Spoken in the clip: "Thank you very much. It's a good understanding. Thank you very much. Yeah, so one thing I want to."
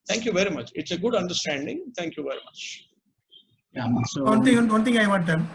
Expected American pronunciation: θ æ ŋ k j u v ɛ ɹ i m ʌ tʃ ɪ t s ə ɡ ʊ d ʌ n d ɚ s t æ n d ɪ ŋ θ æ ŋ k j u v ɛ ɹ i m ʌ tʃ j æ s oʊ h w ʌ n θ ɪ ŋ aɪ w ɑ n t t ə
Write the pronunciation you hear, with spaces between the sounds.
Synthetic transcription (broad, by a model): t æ ŋ k j u v ɛ ɹ i m ʌ tʃ ɪ t s ə ɡ ʊ d ʌ n d ɚ s t æ n d ɪ ŋ t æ ŋ k j u v ɛ ɹ i m ʌ tʃ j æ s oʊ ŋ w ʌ n t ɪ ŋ aɪ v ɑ t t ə